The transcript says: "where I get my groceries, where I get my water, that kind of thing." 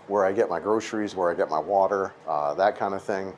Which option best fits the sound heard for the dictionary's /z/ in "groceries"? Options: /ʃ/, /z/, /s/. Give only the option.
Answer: /z/